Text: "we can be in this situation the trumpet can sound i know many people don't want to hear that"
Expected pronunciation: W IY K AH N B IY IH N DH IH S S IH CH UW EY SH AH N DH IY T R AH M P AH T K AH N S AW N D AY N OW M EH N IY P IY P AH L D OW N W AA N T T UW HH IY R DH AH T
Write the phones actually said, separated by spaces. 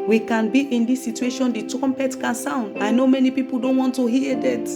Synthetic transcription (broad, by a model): W IY K AH N B IY IH N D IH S S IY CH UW EY SH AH N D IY T R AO M P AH T K AH N S AW N D AY N OW M EH N IY P IY P AH L D OW N W AA N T T UW HH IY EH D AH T